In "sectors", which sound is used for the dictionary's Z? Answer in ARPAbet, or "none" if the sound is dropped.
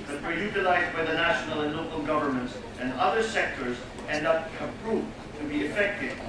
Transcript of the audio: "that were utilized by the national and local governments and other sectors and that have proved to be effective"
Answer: Z